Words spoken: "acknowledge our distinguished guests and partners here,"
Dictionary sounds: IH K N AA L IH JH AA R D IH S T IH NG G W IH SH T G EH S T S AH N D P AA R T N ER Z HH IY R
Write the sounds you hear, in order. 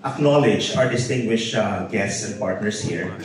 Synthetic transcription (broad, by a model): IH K N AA L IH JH AA R D IH S T IH NG G W IH SH T G EH S T S AH N D P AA R T N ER S HH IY R